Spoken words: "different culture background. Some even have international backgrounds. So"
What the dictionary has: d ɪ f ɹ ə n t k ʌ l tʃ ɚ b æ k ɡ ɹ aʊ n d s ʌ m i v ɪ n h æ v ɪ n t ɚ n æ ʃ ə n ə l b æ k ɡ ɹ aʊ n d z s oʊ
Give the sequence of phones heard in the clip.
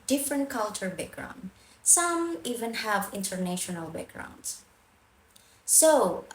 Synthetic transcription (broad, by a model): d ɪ f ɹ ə n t k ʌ l tʃ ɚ b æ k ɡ ɹ aʊ n d s ʌ m i v ɪ n h æ v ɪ n t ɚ n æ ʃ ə n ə l b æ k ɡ ɹ aʊ n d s s oʊ